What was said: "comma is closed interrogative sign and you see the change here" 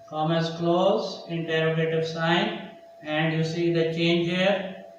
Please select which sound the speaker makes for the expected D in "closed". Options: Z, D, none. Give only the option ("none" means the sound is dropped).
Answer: none